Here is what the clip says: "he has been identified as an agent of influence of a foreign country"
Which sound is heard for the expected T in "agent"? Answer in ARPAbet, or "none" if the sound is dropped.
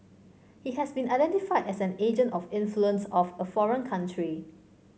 T